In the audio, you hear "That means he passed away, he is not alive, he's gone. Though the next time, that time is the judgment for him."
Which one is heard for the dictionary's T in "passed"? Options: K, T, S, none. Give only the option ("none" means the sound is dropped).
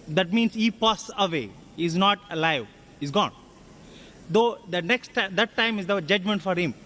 none